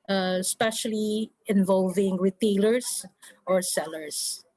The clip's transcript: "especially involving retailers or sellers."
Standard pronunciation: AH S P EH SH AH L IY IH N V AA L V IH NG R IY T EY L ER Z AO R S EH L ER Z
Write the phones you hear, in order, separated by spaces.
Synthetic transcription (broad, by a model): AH S P EH SH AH L IY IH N V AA L V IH NG W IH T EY L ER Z AO R S EH L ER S